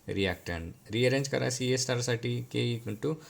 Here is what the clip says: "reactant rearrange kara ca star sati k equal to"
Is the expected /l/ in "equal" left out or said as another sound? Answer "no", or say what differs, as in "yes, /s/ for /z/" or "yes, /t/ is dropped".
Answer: yes, /n/ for /l/